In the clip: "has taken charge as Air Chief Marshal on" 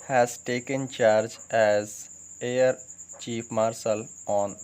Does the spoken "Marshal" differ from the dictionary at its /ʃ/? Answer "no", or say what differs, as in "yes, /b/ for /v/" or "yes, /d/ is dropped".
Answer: yes, /s/ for /ʃ/